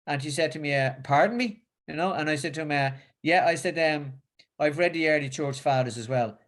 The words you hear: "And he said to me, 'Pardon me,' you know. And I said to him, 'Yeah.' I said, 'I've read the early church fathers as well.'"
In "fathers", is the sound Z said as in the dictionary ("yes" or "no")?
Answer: yes